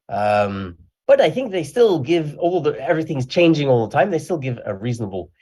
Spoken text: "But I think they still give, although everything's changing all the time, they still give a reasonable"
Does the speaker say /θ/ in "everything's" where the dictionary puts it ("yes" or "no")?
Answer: yes